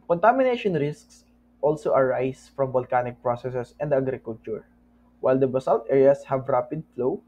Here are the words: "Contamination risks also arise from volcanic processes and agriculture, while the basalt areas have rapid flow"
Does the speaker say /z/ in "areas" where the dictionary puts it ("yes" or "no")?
no